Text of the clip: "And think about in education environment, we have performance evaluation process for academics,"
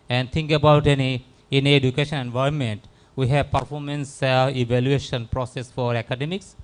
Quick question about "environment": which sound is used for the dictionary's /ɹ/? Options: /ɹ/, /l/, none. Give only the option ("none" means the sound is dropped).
none